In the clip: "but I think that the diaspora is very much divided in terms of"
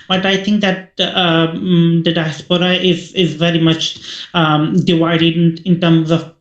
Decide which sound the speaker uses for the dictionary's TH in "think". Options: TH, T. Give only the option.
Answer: TH